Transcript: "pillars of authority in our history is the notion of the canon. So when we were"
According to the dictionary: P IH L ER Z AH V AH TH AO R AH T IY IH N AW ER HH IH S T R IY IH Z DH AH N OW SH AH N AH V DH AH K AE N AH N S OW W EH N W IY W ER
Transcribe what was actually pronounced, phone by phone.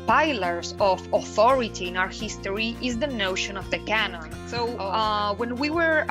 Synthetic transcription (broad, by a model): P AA L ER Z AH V AH TH AO R AH T IY IH N AW ER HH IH S T R IY IH Z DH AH N OW SH AH N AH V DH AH K AE N AH N S OW W EH N W IY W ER